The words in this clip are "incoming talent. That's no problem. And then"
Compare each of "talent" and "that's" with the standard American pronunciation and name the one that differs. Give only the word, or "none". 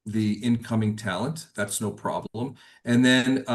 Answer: none